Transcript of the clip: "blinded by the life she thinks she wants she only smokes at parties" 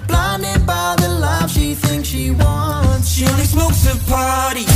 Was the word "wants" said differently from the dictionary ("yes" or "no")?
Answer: yes